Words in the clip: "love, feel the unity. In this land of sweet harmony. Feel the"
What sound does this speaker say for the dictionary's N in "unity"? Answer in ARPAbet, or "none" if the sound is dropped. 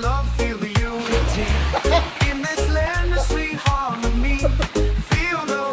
none